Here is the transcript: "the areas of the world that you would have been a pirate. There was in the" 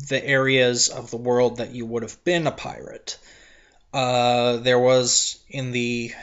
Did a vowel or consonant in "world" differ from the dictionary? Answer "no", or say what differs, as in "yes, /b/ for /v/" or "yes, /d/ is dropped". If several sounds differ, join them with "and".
no